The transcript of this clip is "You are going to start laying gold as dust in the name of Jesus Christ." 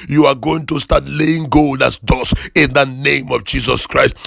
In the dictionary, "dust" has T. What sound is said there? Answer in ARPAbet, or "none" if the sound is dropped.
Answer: none